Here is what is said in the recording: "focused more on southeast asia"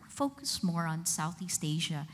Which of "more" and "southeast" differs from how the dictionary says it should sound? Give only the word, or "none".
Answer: none